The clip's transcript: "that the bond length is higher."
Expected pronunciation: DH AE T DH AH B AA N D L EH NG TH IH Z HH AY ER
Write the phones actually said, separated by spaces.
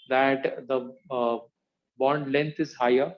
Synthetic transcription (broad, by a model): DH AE T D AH B AA N D L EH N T IH Z HH AY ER